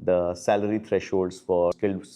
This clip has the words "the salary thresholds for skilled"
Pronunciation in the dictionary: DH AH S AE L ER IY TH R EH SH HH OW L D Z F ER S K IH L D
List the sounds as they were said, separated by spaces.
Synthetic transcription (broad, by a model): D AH S AE L ER IY T R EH SH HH OW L D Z F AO S K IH L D